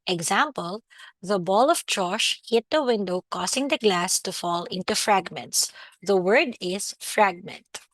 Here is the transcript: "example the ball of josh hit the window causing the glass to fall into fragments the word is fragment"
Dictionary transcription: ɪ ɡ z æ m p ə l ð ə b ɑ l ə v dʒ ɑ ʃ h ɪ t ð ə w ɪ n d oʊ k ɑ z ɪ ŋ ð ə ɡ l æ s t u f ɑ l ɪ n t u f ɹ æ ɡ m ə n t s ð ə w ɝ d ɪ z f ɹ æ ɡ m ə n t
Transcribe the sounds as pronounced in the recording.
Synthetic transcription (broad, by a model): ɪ ɡ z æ m p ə l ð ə b ɑ l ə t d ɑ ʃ h ɪ t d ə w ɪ n d oʊ k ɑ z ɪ ŋ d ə ɡ l æ s t u f ɑ l ɪ n t u f ɹ æ ɡ m ə n t s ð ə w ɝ d ɪ z f ɹ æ ɡ m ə n t